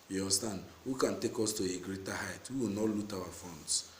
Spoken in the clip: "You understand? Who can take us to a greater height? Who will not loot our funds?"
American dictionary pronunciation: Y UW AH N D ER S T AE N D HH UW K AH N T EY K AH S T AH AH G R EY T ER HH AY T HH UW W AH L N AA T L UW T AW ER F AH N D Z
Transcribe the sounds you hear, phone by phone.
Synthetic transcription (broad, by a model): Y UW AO S T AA N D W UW K AH N T EY K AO S T AH AH G R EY T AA HH AY T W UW W AH L N AA T L UW T AW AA F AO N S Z